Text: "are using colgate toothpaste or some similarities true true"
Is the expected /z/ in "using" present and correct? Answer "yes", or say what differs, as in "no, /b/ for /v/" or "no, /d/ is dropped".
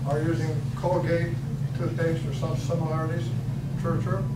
yes